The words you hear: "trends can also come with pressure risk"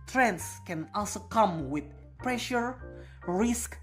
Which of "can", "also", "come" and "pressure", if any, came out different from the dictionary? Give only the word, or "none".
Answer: none